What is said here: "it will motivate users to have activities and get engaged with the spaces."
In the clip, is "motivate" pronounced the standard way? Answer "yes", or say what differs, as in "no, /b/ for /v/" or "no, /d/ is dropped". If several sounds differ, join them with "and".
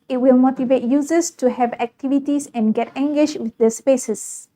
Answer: yes